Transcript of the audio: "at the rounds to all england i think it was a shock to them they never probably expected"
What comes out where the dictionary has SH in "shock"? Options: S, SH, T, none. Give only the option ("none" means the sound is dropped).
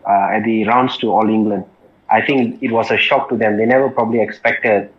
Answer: SH